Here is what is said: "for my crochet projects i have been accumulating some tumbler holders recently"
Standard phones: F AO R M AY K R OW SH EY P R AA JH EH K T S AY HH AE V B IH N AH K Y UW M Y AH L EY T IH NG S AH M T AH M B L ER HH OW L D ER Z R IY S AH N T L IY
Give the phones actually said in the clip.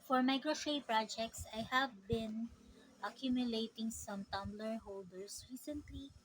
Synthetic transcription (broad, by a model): F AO R M AY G R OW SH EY P R AA JH EH K T S AY HH AE V B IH N AH K Y UW M Y AH L EY T IH NG S AH M T AH M B L ER HH OW L D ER S R IY S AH N T L IY